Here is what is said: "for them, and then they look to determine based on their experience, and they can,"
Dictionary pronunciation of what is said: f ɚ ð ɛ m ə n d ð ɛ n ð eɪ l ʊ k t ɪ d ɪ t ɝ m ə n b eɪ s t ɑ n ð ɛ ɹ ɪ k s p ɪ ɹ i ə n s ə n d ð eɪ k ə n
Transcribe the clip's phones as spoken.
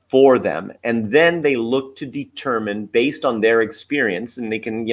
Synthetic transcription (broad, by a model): f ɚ ð ɛ m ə n ð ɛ n ð eɪ l ʊ k t ɪ d ɪ t ɝ m ə n b eɪ s t n ð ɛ ɹ ɪ k s p ɪ ɹ i ə n s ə n ð eɪ k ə n